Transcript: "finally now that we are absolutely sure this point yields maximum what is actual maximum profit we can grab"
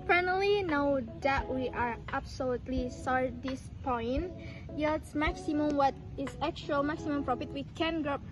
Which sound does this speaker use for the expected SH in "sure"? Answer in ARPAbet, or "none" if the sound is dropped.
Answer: S